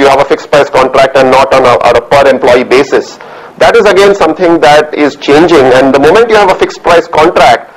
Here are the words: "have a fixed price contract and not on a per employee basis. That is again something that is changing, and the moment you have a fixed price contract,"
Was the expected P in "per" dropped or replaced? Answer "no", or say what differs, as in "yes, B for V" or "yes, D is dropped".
no